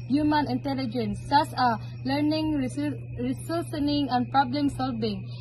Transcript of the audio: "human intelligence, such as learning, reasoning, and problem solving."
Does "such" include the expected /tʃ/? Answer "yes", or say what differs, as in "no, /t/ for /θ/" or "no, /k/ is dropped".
no, /s/ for /tʃ/